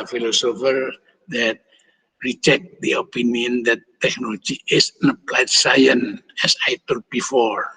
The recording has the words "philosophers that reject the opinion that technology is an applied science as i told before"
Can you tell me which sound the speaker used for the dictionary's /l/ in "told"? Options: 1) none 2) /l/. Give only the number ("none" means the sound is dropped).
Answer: 1